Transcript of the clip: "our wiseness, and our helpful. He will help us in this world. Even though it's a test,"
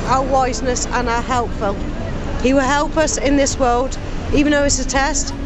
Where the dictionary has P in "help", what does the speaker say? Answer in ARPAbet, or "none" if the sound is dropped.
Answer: P